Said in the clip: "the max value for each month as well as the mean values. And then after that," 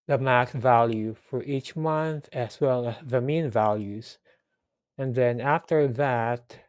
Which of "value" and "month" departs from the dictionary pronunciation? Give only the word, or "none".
none